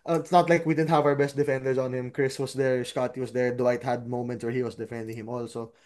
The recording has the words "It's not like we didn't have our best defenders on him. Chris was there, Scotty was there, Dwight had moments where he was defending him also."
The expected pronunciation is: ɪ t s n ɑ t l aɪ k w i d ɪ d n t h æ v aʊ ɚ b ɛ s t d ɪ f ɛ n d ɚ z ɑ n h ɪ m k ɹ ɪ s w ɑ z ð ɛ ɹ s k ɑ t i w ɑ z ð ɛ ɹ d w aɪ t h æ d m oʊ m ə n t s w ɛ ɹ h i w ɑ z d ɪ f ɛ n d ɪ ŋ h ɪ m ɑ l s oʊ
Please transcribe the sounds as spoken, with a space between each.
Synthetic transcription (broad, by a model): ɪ t s n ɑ t l aɪ k w i d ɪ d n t h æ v aʊ ɚ b ɛ s t d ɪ f ɛ n d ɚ s ɑ n h ɪ m k ɹ ɪ s w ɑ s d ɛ ɹ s k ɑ t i w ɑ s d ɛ ɹ d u aɪ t h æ d m oʊ m ə n t s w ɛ ɹ h i w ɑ s d ɪ f ɛ n d ɪ ŋ h ɪ m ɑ l s oʊ